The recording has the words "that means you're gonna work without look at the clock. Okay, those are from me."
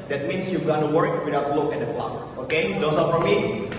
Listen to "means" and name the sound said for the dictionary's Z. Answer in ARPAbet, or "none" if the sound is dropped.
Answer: S